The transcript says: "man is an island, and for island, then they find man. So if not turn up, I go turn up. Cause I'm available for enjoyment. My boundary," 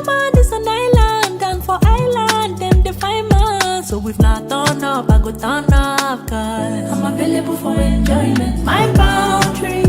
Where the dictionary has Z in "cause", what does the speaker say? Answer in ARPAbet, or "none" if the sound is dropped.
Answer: none